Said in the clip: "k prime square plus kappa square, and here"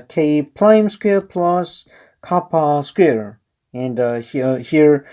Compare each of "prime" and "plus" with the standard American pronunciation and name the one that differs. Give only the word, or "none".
prime